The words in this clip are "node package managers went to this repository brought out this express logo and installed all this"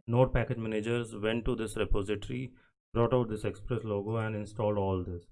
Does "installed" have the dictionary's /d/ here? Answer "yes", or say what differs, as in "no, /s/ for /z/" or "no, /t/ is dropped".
yes